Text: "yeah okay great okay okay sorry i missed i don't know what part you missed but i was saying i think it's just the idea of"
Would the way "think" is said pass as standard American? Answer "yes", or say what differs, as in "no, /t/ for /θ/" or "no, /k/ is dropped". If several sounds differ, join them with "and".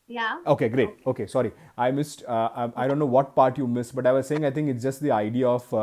no, /t/ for /θ/